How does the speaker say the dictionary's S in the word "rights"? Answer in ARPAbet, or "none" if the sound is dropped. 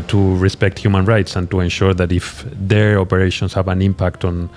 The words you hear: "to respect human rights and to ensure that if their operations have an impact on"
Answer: S